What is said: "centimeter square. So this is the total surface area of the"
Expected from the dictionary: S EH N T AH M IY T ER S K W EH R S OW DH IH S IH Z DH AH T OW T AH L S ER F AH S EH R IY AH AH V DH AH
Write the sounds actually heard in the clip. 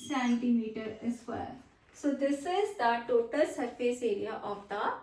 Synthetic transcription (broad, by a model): S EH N T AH M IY T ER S W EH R S OW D IH S IH Z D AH T OW T AH L S ER F AH S EH R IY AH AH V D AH